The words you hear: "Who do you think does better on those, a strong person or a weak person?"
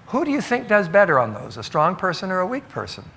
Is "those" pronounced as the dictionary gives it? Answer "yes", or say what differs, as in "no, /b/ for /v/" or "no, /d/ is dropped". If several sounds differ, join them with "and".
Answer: yes